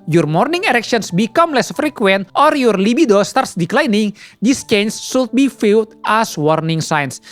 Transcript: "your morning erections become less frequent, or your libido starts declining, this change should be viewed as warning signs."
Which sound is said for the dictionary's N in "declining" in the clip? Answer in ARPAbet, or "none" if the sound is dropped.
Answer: N